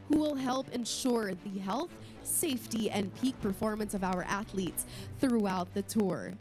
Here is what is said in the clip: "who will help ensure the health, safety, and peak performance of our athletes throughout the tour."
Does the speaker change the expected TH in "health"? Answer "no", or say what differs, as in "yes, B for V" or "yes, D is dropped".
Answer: no